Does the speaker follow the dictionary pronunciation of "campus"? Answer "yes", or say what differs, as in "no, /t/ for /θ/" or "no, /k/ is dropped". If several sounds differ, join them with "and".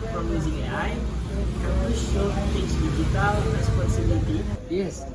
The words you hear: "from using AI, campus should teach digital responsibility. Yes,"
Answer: no, /p/ is dropped